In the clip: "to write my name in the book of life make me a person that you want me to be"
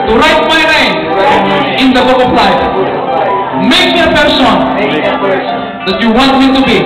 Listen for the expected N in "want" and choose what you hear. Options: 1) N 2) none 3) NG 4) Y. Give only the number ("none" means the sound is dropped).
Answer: 1